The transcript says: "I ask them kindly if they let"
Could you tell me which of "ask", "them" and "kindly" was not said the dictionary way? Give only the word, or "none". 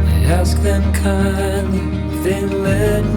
kindly